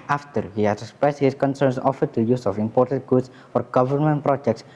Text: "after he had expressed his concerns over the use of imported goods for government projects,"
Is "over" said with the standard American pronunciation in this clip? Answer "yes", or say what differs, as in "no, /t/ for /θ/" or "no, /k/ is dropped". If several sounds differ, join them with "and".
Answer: no, /f/ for /v/